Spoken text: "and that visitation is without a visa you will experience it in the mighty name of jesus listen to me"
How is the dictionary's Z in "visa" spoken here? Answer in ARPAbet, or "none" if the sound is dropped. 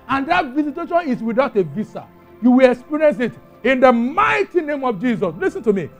S